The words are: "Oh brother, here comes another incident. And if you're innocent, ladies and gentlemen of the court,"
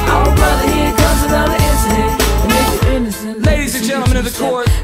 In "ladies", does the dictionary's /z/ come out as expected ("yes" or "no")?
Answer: yes